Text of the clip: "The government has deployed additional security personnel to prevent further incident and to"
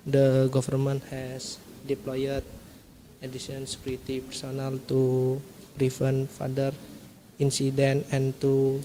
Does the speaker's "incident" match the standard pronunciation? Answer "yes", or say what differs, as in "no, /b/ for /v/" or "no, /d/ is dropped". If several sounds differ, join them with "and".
no, /t/ is dropped